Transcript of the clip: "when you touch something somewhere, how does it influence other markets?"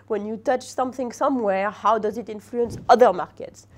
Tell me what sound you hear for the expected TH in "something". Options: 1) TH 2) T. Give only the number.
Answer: 1